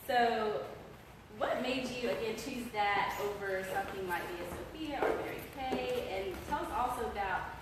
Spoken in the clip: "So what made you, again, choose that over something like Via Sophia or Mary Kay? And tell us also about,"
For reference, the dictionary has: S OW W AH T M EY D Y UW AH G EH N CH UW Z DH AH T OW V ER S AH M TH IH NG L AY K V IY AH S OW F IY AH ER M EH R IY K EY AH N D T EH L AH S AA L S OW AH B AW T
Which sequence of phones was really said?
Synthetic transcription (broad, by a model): S OW W AH T M EY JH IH AH G EH N CH UW Z DH AH T OW V ER S AH M TH IH NG L AY K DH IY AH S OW P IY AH ER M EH R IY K EY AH N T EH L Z AA L S OW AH B AW T